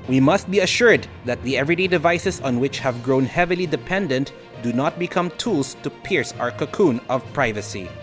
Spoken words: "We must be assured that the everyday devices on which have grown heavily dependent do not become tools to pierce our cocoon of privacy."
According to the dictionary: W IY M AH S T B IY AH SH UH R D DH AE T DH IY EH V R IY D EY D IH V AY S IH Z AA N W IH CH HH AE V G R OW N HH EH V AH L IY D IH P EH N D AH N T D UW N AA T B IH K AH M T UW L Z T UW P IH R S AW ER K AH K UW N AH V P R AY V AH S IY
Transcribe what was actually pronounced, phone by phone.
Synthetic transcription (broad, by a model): W IY M AH S T B IY AH SH UH R D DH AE T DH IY EH V R IY D EY D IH V AY S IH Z AA N W IH CH HH AE V G R OW N HH EH V AH L IY D IH P EH N D AH N T D UW N AA T B IH K AH M T UW L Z T UW P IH R S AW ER K AH K UW N AH V P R AY V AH S IY